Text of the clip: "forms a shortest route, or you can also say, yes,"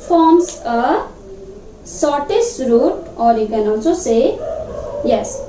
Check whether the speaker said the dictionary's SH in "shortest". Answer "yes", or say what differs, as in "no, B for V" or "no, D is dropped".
no, S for SH